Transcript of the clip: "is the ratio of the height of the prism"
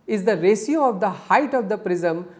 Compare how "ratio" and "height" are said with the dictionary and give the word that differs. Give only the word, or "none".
ratio